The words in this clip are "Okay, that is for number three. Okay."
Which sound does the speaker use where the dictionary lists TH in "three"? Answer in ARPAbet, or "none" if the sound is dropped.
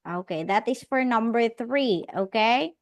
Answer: TH